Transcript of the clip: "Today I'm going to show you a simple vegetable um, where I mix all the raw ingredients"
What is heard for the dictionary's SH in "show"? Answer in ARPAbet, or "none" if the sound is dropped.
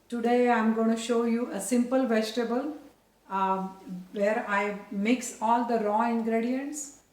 SH